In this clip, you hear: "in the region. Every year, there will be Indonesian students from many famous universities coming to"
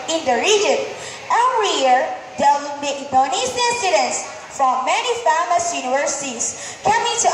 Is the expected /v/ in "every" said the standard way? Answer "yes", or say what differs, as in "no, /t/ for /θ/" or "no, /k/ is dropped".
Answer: no, /v/ is dropped